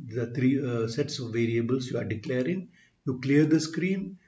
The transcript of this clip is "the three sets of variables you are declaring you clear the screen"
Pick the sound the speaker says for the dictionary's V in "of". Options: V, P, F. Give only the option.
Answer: V